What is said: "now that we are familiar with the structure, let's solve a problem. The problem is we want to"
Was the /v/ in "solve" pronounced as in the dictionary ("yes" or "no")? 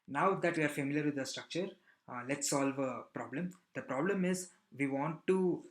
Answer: yes